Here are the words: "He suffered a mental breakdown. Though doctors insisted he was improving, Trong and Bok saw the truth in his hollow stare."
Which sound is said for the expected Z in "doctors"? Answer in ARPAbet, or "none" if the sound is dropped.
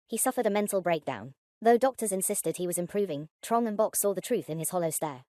Z